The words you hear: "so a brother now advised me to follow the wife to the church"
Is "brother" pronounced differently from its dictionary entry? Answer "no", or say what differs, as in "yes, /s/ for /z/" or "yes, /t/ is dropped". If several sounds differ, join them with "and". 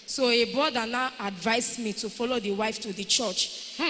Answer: yes, /ɹ/ is dropped